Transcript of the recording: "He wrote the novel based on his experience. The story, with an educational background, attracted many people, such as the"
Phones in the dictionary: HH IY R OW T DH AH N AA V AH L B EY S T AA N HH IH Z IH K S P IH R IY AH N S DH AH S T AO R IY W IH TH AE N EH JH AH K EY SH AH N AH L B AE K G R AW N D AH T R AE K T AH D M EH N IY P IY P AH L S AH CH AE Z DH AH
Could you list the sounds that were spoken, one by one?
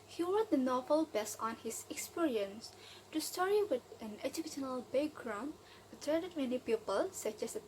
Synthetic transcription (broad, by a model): HH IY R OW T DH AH N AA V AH L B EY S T AA N HH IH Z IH K S P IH R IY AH N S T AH S T AO R IY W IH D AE N EH JH AH K EY SH AH N AH L B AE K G R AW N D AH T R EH T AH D M EH N IY P IY P AH L S AH CH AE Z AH